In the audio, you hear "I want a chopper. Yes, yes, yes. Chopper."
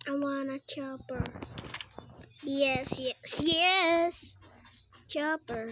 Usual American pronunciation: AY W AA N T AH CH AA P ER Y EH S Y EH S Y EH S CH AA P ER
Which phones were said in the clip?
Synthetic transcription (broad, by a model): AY W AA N AH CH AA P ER Y EH S Y EH S Y EH S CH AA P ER